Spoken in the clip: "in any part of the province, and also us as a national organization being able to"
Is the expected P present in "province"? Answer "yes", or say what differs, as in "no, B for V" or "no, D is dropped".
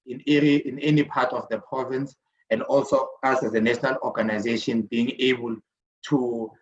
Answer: yes